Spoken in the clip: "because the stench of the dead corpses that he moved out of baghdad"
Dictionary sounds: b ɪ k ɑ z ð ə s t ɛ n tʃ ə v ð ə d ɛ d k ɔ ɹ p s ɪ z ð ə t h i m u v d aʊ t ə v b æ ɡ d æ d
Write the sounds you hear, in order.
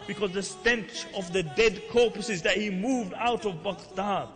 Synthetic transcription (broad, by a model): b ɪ k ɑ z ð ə s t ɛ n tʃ ə v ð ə d ɛ d k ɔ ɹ p s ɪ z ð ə t h i m u v d aʊ t ə v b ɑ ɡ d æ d